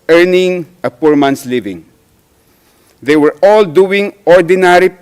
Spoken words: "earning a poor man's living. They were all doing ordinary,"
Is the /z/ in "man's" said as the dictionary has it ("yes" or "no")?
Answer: no